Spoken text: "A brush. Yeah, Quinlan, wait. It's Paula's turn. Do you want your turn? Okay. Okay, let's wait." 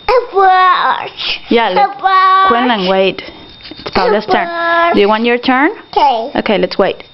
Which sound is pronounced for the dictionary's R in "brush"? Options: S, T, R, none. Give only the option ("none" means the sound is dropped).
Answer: none